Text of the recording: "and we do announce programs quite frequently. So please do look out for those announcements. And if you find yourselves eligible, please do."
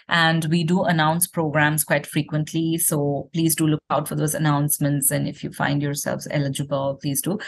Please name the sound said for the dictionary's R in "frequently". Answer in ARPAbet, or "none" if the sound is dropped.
R